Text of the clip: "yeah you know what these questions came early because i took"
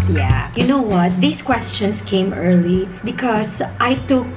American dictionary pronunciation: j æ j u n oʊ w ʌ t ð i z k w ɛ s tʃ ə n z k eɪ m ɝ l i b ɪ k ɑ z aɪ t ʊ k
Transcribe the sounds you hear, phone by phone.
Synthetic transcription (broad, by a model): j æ j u n oʊ w ʌ t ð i s k w ɛ s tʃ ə n s k eɪ m ɝ l i b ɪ k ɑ s aɪ t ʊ k